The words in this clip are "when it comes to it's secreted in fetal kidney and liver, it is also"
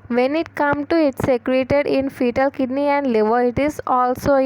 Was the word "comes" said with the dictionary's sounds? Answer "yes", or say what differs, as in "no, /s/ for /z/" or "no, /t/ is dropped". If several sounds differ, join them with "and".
no, /z/ is dropped